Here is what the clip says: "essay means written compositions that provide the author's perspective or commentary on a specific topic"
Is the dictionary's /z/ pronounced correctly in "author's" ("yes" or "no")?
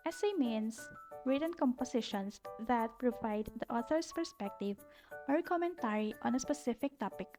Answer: no